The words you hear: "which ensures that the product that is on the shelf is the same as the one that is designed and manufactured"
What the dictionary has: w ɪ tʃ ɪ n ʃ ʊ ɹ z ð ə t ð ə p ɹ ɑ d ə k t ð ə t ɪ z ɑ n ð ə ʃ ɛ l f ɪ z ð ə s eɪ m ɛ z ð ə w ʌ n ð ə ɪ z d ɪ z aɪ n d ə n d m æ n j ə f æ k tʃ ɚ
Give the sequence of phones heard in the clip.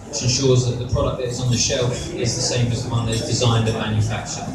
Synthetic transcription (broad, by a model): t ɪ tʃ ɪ n ʃ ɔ z ð ə t ð ə p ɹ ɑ d ə k ð ə t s n ð ə ʃ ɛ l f ɪ z ð ə s eɪ m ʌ z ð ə w ʌ n ð ə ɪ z d ɪ z aɪ n d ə m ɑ n j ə f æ k tʃ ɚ